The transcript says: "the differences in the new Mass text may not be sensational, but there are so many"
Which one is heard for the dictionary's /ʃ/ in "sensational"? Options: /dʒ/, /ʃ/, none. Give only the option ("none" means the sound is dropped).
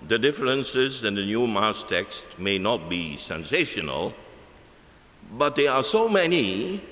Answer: /ʃ/